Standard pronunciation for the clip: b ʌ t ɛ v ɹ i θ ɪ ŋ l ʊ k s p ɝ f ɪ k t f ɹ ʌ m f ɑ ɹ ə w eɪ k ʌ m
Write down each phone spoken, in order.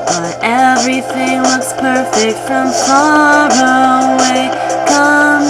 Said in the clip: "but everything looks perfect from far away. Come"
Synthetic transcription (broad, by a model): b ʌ t ɛ v ɹ i θ ɪ ŋ w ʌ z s p ɝ f ɪ k t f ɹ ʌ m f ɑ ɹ ə w eɪ k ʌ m